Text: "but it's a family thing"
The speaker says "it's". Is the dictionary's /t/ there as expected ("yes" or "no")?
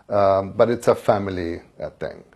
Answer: yes